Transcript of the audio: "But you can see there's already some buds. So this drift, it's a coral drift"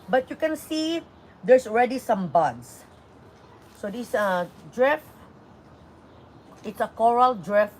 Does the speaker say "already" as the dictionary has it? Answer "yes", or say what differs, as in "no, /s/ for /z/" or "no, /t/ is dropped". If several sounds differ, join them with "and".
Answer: yes